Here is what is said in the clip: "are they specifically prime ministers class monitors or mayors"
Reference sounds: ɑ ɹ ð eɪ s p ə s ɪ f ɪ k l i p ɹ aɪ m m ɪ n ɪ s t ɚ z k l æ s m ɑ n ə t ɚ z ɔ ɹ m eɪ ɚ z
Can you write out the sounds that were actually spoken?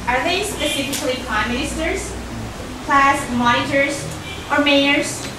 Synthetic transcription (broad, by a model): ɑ ɹ ð eɪ s p ə s ɪ f ɪ k l i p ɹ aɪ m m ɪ ɪ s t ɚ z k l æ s m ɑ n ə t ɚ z ɔ ɹ m eɪ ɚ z